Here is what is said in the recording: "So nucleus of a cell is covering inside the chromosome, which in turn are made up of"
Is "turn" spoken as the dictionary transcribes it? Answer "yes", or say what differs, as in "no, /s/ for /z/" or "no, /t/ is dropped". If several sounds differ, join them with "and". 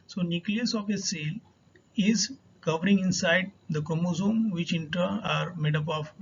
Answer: no, /n/ is dropped